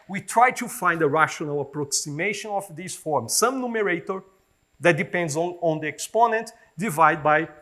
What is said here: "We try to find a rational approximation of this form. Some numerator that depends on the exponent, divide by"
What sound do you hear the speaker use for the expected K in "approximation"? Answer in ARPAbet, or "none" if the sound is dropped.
K